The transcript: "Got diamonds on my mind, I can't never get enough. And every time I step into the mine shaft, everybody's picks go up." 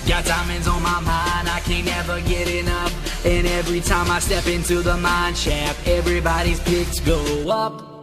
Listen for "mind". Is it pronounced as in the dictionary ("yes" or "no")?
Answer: yes